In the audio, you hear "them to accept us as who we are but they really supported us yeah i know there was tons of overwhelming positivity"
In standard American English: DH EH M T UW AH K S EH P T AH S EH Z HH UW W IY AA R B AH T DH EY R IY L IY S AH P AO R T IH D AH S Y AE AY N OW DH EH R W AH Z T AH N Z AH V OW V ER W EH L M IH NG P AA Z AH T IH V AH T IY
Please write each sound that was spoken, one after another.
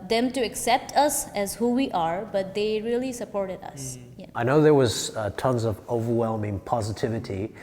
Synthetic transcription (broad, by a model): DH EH M T UW AH K S EH P T AH S EH Z HH UW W IY AA R B AH T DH EY R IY L IY S AH P AO R T IH D AH S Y AY N OW DH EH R W AH Z T AH N Z AH V OW V ER W EH L M IH NG P AA Z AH T IH V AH T IY